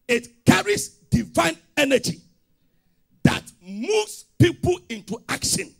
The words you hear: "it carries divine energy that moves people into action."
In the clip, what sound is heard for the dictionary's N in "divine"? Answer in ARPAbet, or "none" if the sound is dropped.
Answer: N